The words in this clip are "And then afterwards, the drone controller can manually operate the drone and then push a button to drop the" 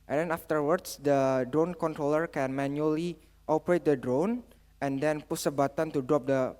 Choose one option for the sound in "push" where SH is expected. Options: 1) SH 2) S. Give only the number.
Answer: 2